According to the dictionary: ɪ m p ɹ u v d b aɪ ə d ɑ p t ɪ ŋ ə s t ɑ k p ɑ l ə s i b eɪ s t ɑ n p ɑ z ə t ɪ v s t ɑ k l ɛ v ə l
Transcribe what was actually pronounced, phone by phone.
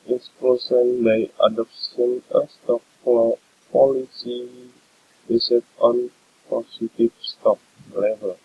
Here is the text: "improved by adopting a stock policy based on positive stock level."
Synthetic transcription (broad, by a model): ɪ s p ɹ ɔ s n b aɪ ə d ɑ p s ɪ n ə s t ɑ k p ɑ l ə s i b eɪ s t ɑ n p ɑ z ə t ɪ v s t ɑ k l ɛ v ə l